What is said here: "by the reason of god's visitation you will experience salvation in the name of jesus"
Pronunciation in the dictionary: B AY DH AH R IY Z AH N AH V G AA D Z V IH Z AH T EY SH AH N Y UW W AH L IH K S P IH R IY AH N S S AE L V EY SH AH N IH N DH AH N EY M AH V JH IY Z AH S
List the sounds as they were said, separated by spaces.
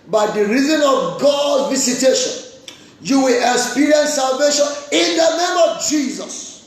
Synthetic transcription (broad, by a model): B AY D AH R IY Z AH N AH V G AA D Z V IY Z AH T EY SH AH N Y UW W AH L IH K S P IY R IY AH N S S AE L V EY SH AH N IH N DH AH N EY M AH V JH IY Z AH S